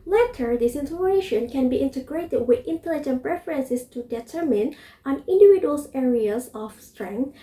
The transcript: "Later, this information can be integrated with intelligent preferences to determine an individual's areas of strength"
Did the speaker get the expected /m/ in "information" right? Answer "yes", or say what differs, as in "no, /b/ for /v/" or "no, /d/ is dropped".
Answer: no, /m/ is dropped